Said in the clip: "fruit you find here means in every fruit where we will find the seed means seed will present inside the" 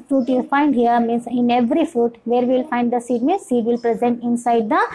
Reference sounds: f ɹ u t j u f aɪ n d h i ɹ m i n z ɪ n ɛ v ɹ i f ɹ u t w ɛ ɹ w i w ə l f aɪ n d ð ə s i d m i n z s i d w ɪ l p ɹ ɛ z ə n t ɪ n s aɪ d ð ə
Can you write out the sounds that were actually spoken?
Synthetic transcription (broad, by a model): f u t j u f aɪ n d h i ɹ m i n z ɪ n ɛ v ɹ i f u t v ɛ ɹ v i l f aɪ n d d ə s i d m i n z s i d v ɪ l p ɹ ɛ z ə n t ɪ n s aɪ d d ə